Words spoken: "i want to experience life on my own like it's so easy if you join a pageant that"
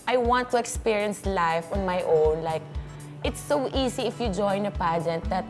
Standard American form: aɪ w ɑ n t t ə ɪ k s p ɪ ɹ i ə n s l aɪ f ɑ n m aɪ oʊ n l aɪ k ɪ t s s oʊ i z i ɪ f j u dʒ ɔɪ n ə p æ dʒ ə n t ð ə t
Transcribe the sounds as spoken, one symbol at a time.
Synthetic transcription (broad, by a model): aɪ w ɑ n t t ə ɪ k s p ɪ ɹ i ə n s l aɪ f ɑ n m aɪ oʊ n l aɪ k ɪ t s s oʊ i s i ɪ f j u dʒ ɔɪ n ə p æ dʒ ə n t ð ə t